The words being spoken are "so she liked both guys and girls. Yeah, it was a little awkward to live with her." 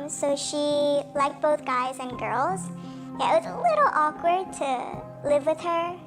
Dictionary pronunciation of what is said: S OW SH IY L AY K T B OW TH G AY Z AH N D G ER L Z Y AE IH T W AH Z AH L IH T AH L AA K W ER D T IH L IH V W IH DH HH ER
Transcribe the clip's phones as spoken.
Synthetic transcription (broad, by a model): S OW SH IY L AY K T B OW TH G AY Z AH N G ER L Z Y AE IH T W AH Z AH L IH T L AA K W ER D T IH L IH V W IH DH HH ER